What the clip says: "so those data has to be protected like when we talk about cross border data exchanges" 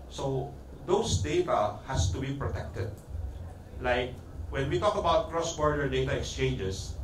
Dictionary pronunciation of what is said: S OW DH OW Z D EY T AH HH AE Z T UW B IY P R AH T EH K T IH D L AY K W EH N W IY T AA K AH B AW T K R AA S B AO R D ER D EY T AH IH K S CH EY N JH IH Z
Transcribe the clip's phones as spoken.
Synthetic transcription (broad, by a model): S OW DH OW S D EY T AH HH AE S T UW B IY P R AH T EH K T IH D L AY K W EH N W IY T AA K AH B AW T K R AA S B AO R D ER D EY T AH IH K S CH EY N JH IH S